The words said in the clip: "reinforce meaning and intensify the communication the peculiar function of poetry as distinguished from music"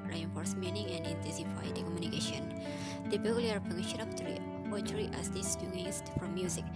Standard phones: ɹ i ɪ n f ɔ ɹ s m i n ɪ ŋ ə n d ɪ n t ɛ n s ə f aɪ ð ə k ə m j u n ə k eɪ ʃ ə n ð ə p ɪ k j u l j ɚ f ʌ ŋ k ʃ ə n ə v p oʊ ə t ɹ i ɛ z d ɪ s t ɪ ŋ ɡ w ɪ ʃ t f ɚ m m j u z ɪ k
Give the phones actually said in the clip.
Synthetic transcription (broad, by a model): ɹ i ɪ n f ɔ ɹ s m i n ɪ ŋ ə n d ɪ n t ɛ n s ə f aɪ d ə k ə m j u n ə k eɪ ʃ ə n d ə b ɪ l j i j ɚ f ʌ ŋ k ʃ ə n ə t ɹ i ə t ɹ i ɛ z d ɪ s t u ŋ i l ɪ s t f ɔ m m j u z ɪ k